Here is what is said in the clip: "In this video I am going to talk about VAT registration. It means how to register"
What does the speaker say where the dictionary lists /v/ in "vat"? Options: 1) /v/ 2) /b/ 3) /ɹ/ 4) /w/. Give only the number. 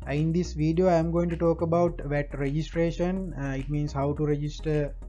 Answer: 1